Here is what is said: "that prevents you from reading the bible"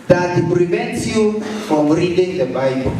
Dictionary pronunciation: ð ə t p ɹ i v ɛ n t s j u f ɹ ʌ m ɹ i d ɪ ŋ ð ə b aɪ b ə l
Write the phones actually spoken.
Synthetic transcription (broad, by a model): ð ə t p ɹ i v ɛ n t s j u f ɹ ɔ m ɹ i d ɪ ŋ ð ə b aɪ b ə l